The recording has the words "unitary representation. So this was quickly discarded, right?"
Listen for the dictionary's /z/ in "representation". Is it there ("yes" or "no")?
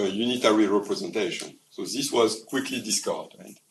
yes